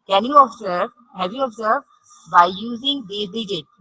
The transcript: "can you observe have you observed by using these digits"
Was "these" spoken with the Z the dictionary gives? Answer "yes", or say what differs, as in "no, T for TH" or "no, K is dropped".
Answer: no, Z is dropped